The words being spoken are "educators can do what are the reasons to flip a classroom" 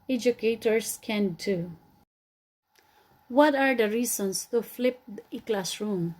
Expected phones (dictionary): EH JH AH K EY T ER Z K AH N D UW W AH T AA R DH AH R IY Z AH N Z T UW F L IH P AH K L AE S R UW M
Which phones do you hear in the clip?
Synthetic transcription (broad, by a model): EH JH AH K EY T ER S K AH N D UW W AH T AA R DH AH R IY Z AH N S T UW F L IH P AH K L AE S R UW M